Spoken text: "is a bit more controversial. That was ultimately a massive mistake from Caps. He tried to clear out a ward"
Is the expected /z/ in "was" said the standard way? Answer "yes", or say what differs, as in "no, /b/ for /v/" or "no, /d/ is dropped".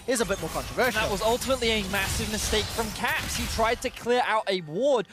yes